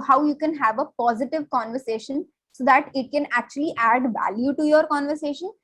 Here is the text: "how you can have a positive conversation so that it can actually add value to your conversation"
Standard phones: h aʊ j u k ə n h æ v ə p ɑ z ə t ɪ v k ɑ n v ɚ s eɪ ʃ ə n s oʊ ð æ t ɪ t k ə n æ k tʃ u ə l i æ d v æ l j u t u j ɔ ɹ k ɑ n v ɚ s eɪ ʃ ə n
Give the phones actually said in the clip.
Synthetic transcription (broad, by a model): h aʊ j u k ə n h æ v ə p ɑ z ə t ɪ v k ɑ n v ɚ s eɪ ʃ ə n s oʊ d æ t ɪ t k ə n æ k tʃ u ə l i æ d v æ l j u t u j ɔ ɹ k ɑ n v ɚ s eɪ ʃ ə n